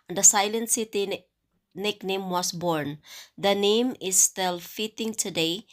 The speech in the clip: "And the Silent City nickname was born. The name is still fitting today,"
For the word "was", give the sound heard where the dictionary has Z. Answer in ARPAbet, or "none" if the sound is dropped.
S